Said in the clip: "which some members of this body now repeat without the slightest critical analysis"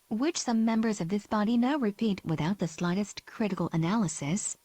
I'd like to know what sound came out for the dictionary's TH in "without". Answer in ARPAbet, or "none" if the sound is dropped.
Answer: TH